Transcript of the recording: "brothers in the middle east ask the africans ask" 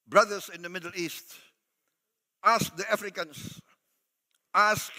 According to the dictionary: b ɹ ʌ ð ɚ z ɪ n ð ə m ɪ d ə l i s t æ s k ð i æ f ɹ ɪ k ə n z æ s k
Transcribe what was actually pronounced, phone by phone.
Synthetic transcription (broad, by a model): b ɹ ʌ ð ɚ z ɪ n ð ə m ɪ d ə l i s t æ s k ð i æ f ɹ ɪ k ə n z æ s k